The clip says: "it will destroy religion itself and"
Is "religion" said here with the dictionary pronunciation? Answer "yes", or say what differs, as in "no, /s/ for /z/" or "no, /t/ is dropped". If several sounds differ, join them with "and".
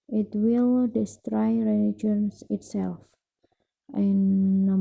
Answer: no, /n/ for /l/